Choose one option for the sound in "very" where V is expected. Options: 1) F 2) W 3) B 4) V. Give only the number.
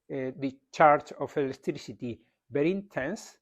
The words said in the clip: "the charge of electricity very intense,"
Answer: 3